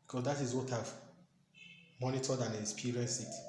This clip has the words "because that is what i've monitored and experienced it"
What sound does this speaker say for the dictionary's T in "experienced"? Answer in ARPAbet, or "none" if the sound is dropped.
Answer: none